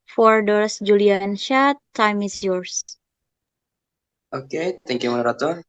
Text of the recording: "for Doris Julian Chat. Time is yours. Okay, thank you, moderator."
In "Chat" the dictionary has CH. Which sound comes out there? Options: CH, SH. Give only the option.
SH